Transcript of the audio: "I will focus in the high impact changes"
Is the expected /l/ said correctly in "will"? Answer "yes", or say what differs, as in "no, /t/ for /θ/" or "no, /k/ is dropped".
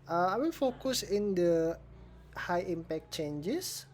no, /n/ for /l/